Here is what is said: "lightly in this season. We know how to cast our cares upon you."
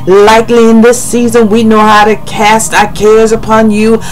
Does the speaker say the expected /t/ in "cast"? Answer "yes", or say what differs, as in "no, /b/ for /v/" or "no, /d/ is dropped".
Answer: yes